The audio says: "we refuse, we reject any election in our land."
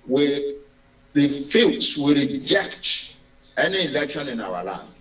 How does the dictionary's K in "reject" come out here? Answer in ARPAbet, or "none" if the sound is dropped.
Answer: K